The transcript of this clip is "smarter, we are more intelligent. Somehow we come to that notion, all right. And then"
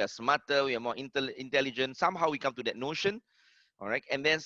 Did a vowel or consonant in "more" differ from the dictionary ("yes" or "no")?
yes